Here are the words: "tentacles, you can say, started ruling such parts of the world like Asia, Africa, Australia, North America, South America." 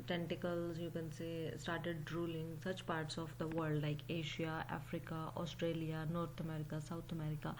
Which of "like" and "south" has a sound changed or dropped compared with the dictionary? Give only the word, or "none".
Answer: south